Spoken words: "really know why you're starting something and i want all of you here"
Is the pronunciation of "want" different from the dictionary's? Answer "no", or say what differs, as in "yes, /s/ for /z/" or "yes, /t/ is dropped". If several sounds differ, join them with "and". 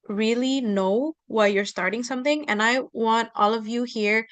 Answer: no